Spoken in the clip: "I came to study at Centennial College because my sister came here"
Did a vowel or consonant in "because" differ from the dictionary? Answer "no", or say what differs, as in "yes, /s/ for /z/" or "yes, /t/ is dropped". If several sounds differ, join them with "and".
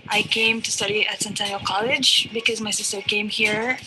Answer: no